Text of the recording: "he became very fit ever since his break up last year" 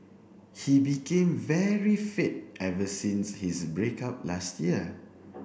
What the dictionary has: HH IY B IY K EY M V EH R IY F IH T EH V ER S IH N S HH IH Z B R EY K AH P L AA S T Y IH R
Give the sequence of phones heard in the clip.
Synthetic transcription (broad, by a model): HH IY B IY K EY M V EH R IY F IH T EH V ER S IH N S HH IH S B R EY K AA P L AA S T Y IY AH